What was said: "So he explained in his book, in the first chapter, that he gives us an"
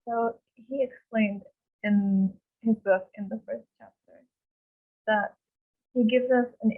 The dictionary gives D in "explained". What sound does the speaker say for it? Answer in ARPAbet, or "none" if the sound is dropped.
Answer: D